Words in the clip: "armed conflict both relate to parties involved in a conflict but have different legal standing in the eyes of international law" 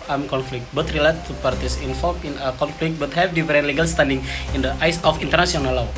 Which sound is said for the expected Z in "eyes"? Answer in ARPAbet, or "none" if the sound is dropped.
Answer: S